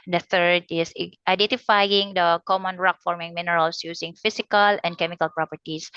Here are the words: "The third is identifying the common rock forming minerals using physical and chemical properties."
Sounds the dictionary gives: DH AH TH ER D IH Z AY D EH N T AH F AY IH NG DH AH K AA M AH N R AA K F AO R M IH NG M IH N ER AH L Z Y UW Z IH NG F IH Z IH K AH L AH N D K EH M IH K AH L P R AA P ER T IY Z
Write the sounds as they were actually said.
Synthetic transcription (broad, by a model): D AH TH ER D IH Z AY D EH N T AH F AY IH NG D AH K AA M AH N R AA K F AO R M IH NG M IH N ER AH L S Y UW S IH NG F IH S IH K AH L AH N D K EH M IH K AH L P R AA P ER T IY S